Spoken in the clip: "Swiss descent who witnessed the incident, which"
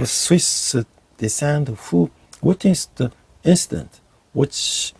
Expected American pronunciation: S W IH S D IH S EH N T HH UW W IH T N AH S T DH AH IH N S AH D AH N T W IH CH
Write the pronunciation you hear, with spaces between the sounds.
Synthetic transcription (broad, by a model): S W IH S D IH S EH N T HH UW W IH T AH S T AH IH N S AH D AH N T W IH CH